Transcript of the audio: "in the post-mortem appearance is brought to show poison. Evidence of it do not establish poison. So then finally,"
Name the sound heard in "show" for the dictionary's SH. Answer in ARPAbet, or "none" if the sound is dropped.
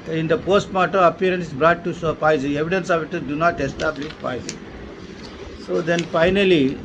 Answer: S